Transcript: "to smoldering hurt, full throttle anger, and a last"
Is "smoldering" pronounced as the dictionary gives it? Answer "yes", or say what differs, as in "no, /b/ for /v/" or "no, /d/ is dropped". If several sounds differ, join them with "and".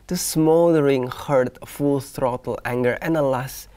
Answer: no, /l/ is dropped